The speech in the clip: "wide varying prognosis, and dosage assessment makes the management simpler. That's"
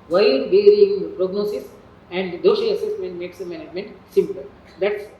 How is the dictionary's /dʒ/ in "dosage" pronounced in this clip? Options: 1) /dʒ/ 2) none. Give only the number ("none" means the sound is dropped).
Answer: 2